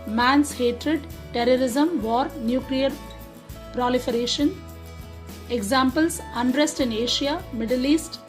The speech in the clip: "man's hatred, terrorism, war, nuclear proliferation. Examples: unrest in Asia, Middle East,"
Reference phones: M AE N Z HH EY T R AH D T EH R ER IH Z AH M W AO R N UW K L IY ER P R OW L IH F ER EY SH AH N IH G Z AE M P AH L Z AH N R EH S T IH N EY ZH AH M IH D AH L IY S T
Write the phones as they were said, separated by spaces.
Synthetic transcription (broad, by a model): M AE N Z HH EY T R AH D T EH R ER IH Z AH M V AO R N UW K L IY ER P R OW L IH F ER EY SH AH N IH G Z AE M P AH L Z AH N R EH S T IH N EY SH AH M IH D AH L IY S T